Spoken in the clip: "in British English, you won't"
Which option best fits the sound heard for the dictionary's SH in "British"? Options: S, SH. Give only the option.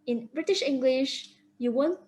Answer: SH